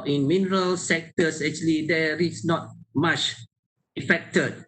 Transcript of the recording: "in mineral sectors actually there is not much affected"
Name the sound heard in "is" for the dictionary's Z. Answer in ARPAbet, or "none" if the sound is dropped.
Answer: S